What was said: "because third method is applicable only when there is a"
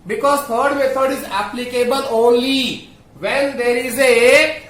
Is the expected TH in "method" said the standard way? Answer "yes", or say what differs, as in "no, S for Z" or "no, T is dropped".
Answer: no, T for TH